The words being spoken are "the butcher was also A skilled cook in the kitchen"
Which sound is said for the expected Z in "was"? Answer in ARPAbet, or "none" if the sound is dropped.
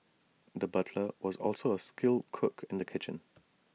Z